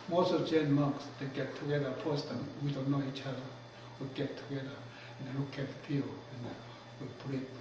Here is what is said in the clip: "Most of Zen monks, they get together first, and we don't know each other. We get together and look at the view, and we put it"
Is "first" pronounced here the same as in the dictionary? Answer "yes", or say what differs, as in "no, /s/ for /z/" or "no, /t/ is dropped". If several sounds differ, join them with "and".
no, /p/ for /f/